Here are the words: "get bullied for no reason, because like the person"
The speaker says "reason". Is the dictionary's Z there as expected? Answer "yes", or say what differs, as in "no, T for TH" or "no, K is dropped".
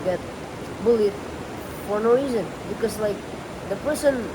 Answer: yes